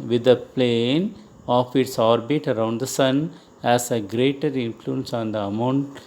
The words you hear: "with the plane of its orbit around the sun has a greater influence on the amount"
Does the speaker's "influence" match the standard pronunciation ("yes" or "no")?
yes